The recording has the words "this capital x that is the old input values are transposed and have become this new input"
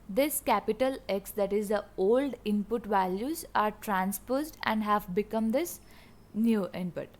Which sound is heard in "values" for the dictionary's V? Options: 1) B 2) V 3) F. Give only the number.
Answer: 2